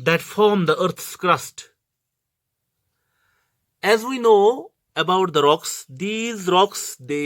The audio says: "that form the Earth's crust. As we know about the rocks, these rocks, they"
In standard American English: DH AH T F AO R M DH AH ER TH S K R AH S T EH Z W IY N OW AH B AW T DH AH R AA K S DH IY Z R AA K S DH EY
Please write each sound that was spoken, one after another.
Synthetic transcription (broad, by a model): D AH T F AO R M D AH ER T S K R AH S T EH Z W IY N OW AH B AW T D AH R AA K S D IY Z R AA K S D EY